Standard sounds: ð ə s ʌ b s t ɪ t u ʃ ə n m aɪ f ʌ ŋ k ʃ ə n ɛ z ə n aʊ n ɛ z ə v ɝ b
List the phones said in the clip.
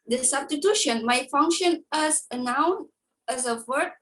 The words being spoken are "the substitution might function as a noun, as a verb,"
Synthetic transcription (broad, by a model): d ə s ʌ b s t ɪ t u ʃ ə n m aɪ f ʌ ŋ k ʃ ə n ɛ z ə n aʊ n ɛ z ə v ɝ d